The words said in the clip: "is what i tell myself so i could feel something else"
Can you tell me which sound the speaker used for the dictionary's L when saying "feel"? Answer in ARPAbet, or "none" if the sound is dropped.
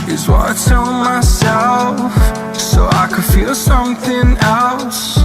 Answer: L